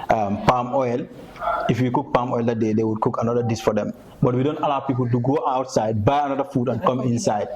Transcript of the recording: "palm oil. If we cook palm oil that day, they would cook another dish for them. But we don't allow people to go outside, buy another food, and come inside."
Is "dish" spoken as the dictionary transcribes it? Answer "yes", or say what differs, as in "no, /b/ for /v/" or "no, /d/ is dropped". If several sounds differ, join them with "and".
no, /s/ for /ʃ/